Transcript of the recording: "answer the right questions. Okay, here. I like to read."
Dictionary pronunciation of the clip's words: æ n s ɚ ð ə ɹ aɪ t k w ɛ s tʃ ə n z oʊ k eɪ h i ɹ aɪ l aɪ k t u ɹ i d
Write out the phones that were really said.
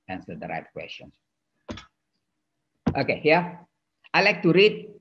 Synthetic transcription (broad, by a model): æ n s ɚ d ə ɹ aɪ t k w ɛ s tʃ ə n s oʊ k eɪ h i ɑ aɪ l aɪ k t u ɹ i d